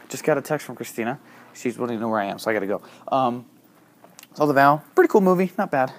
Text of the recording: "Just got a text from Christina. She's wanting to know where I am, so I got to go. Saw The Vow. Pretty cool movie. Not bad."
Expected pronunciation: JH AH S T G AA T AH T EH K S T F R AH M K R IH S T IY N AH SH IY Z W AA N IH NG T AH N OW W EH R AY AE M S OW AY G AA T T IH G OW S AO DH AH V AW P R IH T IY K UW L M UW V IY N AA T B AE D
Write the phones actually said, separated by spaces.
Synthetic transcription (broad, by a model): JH AH S G AA T AH T EH K S T F R AH M K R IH S T IY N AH SH IY Z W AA L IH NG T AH N OW W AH R AY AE M S OW AY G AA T T IH G OW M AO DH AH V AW P R IH T IY K UW L M UW V IY N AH T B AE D